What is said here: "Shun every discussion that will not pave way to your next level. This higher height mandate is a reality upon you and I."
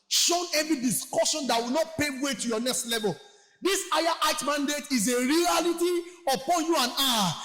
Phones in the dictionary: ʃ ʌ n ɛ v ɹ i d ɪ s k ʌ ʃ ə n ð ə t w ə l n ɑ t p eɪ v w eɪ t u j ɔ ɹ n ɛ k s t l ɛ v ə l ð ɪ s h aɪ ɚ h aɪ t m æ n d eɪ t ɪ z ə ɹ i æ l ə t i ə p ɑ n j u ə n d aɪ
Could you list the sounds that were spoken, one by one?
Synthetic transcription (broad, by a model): ʃ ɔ n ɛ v i d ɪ s k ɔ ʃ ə n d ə t w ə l n ɑ t p eɪ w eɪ t u j ɔ n ɛ k s t l ɛ v ə l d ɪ s aɪ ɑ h aɪ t m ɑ n d eɪ t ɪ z ə ɹ i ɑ l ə t i ə p ɑ n j u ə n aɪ